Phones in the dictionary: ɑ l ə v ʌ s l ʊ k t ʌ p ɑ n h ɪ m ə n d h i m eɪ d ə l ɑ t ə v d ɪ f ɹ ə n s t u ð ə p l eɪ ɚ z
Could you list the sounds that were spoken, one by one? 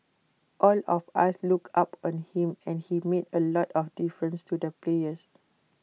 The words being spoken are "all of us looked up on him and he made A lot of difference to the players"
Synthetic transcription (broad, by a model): ɑ l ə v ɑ s l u k ɑ p ɑ n h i m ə n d h i m eɪ d ə l ɑ t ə f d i f ɹ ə n s t u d ə p l eɪ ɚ s